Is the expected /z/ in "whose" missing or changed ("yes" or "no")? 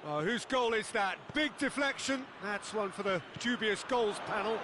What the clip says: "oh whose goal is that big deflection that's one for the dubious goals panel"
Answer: no